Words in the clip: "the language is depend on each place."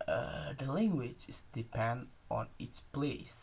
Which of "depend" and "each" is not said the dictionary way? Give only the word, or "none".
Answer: each